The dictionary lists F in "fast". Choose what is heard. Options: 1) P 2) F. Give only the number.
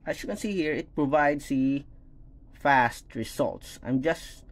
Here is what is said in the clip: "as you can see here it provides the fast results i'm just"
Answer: 2